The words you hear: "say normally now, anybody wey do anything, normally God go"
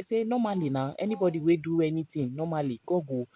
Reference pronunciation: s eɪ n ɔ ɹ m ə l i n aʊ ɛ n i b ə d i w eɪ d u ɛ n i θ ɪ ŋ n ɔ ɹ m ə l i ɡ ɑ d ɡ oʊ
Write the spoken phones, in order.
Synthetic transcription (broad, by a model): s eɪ n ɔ m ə l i n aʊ ɛ n i b ə d i w eɪ d u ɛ n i t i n n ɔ m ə l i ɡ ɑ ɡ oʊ